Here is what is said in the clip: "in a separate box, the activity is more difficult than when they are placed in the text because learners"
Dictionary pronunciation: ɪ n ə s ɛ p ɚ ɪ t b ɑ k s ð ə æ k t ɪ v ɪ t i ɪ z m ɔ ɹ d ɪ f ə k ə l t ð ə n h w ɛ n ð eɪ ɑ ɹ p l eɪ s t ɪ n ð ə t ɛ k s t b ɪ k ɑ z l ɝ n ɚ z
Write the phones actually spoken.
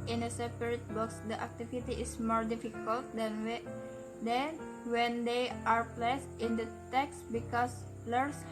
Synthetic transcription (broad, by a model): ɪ n ə s ɛ p ɚ ɪ t b ɑ k s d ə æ k t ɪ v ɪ t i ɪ s m ɔ ɹ d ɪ f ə k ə l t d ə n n w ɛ n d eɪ ɑ ɹ p l eɪ s t ɪ n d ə t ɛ k s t b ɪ k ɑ s l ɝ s